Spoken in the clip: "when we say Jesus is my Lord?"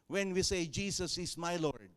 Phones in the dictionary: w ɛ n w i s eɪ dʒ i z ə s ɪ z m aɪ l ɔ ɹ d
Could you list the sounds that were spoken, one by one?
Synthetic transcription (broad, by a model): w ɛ n w i s eɪ dʒ i s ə s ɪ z m aɪ l ɔ ɹ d